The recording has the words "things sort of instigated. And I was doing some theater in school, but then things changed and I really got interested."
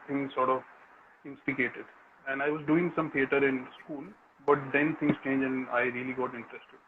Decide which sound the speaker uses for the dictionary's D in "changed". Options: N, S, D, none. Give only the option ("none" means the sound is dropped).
none